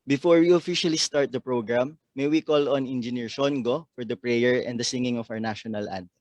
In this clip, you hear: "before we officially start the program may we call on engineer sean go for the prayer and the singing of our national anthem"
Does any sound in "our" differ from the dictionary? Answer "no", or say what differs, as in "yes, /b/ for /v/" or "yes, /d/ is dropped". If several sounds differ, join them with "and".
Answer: yes, /w/ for /ɹ/